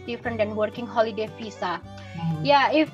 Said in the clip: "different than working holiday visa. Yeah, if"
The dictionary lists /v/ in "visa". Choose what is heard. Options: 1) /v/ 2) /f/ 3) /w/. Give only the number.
2